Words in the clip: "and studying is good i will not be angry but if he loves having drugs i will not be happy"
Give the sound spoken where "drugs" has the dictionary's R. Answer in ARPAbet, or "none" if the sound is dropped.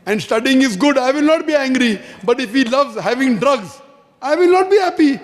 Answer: R